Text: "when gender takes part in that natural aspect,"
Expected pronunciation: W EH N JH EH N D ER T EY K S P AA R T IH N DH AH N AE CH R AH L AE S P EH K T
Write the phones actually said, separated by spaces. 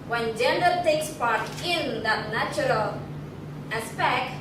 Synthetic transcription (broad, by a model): W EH N JH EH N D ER T EY K S P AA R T IH N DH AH N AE CH R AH L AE S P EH K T